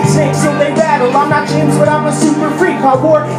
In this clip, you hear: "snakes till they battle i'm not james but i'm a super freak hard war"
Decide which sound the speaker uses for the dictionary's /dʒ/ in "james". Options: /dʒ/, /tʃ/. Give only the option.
/tʃ/